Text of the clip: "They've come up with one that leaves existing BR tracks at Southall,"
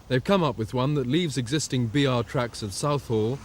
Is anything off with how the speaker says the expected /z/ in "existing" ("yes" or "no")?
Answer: no